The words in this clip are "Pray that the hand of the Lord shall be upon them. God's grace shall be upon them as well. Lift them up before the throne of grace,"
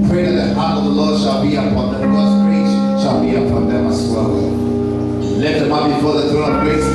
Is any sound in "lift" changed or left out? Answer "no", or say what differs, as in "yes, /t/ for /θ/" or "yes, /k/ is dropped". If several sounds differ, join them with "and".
yes, /f/ is dropped